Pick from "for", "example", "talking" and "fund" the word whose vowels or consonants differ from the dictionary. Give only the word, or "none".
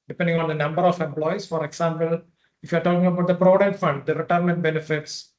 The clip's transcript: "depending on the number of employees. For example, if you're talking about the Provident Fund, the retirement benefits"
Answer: example